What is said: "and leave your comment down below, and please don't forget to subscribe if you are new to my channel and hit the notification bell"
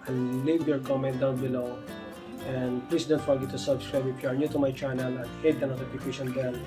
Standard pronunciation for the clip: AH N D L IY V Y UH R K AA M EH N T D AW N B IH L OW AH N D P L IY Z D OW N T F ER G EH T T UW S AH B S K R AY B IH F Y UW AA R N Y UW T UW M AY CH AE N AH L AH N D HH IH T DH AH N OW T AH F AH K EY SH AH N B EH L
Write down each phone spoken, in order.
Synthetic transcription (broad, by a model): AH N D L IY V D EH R K AA M EH N T D AW N B IH L OW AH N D P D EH S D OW N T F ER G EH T T UW S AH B S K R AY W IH P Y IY AA R N Y UW T UW M AY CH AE N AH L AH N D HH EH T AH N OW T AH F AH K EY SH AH N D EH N